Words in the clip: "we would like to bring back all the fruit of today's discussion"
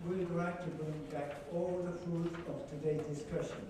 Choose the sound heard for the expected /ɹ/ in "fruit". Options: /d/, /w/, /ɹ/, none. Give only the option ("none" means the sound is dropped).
none